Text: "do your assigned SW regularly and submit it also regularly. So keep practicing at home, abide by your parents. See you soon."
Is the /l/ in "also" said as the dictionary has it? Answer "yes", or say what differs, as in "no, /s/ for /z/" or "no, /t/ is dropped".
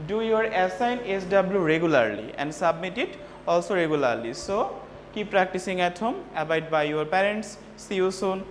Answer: yes